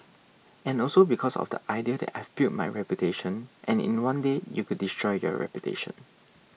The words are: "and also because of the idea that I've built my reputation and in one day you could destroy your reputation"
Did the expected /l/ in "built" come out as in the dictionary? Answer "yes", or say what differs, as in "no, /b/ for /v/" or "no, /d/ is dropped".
no, /l/ is dropped